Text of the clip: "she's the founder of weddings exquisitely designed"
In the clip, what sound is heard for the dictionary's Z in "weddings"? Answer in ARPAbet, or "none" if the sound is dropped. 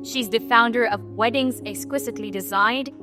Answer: Z